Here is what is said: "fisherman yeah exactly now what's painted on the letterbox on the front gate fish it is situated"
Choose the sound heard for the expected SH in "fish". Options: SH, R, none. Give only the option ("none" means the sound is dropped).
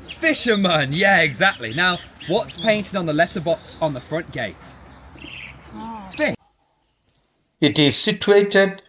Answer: none